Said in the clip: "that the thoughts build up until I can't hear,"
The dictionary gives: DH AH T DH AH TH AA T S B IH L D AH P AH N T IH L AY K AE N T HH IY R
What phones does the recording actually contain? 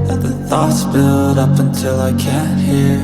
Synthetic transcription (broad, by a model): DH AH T DH AH TH AA T S B IH L D AH P AH N T IH L AY K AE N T HH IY R